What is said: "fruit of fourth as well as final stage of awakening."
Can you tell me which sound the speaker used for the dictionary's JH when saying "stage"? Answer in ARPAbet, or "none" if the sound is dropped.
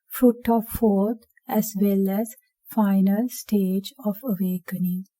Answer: JH